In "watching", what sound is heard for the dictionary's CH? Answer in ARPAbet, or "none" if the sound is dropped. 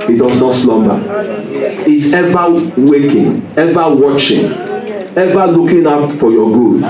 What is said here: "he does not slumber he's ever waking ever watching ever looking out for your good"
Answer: CH